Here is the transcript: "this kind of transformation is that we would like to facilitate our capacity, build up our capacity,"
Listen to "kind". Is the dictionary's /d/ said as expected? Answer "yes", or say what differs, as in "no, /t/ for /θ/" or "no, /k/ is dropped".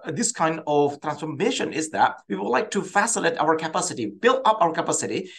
yes